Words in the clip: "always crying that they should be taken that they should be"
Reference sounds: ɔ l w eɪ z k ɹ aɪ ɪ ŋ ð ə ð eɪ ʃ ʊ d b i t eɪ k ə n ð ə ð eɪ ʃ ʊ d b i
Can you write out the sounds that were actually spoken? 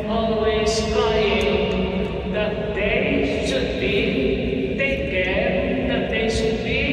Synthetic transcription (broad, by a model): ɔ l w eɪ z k aɪ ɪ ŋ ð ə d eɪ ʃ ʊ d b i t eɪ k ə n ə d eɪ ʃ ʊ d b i